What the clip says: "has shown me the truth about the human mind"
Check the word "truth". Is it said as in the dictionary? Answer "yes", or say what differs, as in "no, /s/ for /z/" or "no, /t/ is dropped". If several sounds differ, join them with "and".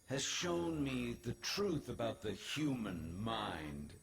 yes